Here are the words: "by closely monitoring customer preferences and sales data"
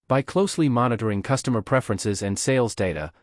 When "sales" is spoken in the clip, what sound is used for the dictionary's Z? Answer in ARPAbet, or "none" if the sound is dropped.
Z